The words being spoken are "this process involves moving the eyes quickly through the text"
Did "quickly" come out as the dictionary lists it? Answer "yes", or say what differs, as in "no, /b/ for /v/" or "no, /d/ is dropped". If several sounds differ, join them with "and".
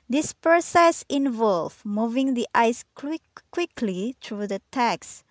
yes